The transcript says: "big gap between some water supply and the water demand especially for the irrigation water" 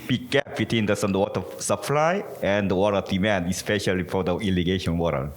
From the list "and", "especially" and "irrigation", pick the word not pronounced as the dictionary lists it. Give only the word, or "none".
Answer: irrigation